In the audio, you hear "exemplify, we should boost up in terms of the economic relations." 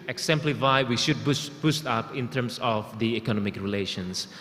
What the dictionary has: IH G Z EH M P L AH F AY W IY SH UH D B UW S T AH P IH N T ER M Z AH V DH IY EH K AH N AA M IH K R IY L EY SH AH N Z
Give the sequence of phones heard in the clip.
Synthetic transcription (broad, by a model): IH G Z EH M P L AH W AY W IY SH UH D B UW S T AH P IH N T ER M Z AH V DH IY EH K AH N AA M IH K R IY L EY SH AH N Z